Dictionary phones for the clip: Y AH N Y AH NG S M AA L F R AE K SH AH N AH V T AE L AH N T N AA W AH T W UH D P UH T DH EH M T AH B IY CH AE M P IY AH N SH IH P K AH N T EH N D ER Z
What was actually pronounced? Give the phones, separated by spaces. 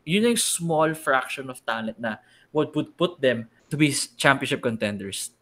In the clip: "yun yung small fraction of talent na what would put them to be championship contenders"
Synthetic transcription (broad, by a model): Y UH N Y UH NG S M AA L F R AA K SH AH N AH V T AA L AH T N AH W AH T W UH D P UH T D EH M T AH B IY CH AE M P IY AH N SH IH P K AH N T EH N D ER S